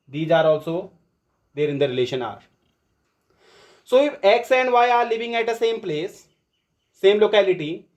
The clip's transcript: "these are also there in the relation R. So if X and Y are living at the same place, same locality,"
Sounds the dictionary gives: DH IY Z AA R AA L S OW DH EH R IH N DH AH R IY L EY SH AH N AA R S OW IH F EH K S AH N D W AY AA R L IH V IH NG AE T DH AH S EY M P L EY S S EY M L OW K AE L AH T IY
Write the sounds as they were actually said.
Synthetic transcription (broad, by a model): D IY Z AA R AA L S OW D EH R IH N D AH R IY L EY SH AH N AA R S OW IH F EH K S AH N D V AY AA R L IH V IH NG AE T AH S EY M P L EY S S EY M L OW K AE L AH T IY